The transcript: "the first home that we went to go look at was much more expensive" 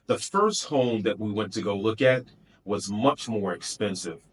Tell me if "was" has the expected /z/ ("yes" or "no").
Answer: yes